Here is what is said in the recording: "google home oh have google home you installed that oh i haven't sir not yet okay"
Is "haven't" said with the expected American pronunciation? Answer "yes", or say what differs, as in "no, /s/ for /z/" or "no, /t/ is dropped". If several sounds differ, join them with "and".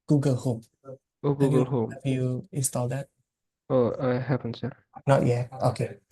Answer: no, /p/ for /v/